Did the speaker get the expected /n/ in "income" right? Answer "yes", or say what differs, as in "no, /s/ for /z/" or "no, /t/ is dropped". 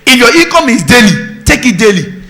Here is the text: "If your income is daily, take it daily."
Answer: no, /n/ is dropped